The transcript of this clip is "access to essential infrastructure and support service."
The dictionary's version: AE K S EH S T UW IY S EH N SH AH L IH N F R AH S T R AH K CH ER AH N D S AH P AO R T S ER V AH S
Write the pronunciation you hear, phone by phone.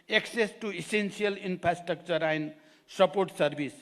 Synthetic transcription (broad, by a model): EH K S EH S T UW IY S EH N S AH L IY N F R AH S T R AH K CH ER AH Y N S AH P AO R T S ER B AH S